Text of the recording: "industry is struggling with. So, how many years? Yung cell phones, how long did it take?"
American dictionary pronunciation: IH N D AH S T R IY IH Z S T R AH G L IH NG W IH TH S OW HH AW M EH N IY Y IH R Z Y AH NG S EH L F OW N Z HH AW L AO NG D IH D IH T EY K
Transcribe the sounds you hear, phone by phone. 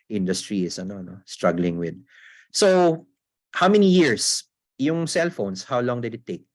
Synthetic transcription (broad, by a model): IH N D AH S T R IY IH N S T R AH G L IH NG W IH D S OW HH AW M EH N IY Y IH R S Y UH NG S EH L F OW N S HH AW L AO NG D IH D IH T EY K